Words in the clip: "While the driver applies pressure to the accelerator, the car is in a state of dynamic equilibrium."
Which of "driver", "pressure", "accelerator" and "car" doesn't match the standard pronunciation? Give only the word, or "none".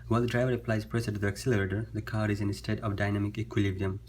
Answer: pressure